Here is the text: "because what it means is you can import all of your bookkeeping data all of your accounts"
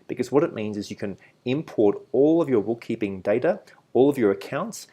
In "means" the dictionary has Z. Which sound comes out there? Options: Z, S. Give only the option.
Z